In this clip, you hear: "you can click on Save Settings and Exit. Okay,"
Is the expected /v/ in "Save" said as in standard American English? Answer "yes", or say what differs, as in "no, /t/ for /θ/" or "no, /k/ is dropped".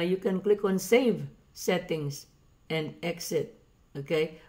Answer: yes